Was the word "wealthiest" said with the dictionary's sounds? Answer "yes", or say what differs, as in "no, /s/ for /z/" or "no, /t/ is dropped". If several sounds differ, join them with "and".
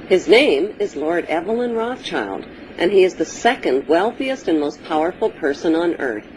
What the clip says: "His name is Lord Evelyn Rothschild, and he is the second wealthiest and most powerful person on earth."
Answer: yes